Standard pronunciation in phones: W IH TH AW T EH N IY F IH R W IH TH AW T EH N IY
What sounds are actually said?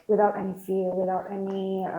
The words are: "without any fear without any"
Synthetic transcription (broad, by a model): W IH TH AW T EH N IY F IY L W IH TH AW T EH N IY